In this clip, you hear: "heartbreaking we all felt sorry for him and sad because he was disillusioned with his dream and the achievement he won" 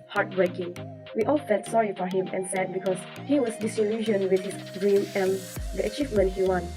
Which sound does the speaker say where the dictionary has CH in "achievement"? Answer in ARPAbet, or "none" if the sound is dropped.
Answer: CH